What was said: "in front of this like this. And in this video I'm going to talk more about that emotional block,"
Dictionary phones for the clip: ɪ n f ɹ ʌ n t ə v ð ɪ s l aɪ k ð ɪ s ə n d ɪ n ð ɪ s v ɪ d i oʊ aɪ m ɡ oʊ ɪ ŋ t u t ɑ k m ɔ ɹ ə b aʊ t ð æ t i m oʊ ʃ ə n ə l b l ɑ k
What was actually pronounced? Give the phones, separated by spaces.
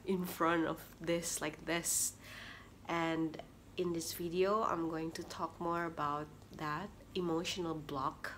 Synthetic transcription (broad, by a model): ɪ n f ɹ ʌ n t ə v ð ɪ s l aɪ k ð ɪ s ə n d ɪ n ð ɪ s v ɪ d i oʊ aɪ m ɡ oʊ ɪ ŋ t u t ɑ k m ɔ ɹ ə b aʊ t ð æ t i m oʊ ʃ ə n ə l b l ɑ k